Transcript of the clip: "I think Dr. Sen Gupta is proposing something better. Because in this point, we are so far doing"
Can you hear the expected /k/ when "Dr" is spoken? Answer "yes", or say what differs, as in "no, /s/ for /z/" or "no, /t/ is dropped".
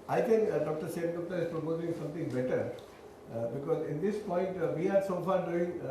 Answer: yes